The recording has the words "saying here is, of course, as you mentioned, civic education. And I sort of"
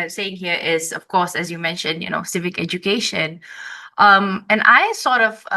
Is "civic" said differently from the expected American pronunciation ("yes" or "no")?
no